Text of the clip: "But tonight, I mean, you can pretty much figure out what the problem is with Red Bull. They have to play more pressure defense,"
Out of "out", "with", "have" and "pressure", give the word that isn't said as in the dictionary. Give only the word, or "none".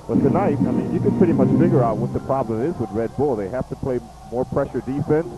have